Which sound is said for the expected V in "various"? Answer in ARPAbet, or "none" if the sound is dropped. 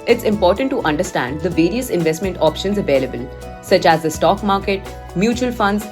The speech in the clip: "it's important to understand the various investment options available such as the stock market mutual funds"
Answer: V